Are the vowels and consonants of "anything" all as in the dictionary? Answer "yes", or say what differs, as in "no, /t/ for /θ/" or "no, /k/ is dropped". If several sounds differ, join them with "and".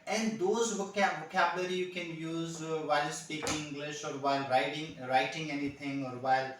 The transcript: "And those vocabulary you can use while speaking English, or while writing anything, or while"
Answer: no, /t/ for /θ/